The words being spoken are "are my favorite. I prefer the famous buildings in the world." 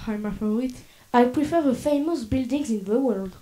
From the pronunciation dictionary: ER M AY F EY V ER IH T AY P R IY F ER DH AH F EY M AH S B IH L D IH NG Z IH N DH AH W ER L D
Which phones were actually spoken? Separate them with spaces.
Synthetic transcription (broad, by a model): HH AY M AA F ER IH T AY P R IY F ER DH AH F EY M AH S B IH L D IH NG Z IH N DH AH W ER L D